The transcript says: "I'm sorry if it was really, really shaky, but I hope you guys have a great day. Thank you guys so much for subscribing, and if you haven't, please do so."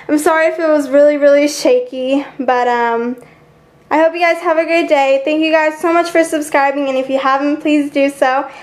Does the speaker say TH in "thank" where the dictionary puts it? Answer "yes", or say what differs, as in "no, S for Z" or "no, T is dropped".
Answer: yes